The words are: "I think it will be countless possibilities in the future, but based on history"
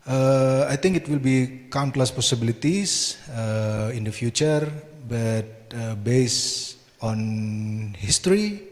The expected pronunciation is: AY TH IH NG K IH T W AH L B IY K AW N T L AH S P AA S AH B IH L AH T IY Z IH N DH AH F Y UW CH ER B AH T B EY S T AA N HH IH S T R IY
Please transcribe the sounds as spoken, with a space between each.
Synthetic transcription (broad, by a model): AY T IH NG K IH T W AH L B IY K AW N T L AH S P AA S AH B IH L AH T IY S IH N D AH F Y UW CH ER B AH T B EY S AA N HH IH S T R IY